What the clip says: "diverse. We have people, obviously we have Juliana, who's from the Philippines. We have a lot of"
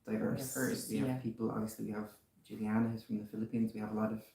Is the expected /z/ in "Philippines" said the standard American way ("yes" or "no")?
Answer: yes